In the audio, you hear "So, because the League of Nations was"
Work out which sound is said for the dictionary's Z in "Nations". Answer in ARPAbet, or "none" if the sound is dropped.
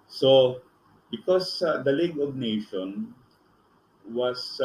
none